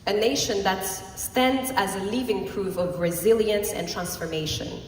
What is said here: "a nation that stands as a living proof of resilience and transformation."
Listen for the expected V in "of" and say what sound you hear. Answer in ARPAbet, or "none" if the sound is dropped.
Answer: V